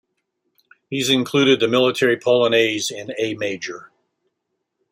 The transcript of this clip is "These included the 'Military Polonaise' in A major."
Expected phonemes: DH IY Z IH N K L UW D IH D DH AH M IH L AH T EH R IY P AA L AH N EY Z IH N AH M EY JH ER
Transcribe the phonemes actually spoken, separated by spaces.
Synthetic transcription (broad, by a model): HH IY Z IH N K L UW D IH D DH AH M IH L AH T EH R IY P AA L AH N EY Z IH N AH M EY JH ER